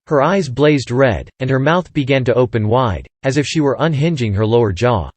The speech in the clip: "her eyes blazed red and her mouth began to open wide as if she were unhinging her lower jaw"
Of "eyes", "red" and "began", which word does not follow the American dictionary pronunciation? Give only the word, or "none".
none